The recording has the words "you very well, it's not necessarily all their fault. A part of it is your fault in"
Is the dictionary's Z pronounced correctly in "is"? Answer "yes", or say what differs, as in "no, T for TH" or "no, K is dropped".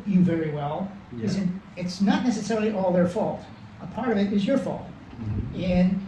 yes